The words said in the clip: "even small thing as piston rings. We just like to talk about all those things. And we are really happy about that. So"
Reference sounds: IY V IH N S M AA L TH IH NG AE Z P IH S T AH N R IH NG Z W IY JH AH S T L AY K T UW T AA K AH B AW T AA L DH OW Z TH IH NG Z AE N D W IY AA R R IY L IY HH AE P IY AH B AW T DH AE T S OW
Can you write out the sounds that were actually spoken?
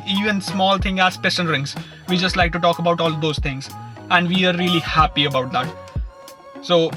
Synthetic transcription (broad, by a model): IY V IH N S M AA L T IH NG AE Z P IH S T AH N R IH NG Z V IY JH AH S T L AY K T UW T AA K AH B AW T AA L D OW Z T IH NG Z AE N D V IY AA R R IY L IY HH AE P IY AH B AW T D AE T S OW